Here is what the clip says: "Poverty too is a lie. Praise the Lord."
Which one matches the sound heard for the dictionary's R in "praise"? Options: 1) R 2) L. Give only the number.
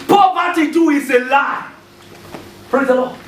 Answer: 1